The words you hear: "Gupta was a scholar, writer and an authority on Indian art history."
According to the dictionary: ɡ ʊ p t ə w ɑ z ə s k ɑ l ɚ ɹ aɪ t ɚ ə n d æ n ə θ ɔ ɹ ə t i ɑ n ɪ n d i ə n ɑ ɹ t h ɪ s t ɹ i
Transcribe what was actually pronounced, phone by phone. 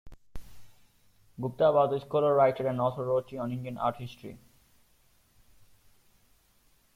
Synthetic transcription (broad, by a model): ɡ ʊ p t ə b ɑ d ə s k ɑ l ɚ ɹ aɪ t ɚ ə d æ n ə t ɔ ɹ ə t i ɑ n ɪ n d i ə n ɑ ɹ t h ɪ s t ɹ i